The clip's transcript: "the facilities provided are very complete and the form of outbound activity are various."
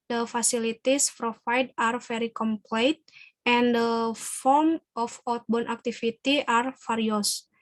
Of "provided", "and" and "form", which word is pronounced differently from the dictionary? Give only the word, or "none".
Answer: provided